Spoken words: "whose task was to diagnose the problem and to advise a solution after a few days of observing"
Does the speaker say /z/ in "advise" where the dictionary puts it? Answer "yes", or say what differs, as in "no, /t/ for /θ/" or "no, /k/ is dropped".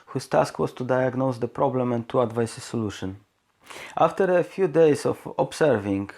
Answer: no, /s/ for /z/